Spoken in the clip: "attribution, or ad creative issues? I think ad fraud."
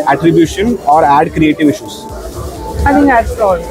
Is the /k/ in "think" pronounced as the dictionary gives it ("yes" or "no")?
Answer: no